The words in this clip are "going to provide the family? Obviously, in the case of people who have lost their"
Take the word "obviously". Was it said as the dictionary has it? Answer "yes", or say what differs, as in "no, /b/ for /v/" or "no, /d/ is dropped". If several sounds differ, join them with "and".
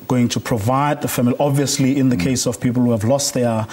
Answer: yes